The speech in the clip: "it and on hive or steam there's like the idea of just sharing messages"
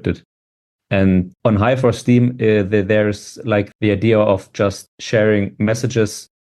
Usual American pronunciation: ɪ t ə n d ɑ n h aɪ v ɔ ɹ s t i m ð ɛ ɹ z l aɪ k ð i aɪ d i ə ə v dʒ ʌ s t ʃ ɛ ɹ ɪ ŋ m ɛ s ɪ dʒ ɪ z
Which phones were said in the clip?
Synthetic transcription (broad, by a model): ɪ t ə n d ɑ n h aɪ f ɔ ɹ s t i m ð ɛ ɹ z l aɪ k ð i aɪ d i ə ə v dʒ ʌ s t ʃ ɛ ɹ ɪ ŋ m ɛ s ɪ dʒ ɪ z